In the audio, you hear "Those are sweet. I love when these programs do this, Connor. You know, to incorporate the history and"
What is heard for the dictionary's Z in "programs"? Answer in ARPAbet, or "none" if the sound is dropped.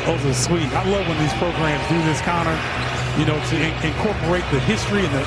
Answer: Z